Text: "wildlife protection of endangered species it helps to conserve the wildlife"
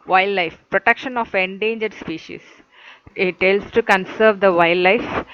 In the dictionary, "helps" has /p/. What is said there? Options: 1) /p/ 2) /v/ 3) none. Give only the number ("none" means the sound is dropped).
3